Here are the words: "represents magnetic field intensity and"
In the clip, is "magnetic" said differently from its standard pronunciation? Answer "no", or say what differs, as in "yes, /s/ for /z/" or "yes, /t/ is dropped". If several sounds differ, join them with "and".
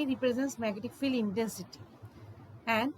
yes, /n/ is dropped